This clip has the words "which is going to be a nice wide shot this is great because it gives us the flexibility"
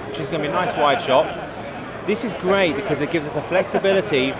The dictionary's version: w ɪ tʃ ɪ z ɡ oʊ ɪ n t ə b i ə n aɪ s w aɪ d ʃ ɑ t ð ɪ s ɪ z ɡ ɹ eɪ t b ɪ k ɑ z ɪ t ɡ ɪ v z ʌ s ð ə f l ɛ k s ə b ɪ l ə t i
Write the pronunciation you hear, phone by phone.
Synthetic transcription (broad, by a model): w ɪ tʃ ɪ z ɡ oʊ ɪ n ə b i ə n aɪ s w aɪ d ʃ ɑ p ð ɪ s ɪ z ɡ ɹ eɪ t b ɪ k ɑ z ɪ t ɡ ɪ v z ʌ s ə f l ɛ k s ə b ɪ l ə t i